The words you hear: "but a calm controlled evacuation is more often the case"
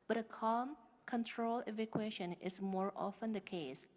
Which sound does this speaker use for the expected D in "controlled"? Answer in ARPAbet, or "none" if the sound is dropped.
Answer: none